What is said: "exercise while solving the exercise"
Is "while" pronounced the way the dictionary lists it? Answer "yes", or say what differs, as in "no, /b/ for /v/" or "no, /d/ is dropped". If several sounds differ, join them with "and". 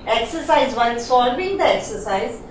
no, /n/ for /l/